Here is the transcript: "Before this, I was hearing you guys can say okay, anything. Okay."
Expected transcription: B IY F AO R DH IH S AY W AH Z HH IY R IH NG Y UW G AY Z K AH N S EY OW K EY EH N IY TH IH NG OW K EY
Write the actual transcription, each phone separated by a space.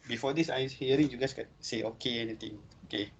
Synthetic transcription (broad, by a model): B IY F AO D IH S AY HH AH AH R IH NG Y UW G AY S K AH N S EY OW K EY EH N IY T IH NG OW K EY